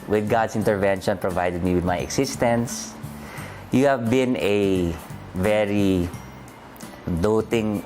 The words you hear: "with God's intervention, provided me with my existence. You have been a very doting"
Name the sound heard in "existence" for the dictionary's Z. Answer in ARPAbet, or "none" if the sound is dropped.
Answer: S